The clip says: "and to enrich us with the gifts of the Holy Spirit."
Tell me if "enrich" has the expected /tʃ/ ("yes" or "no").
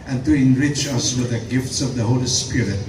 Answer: yes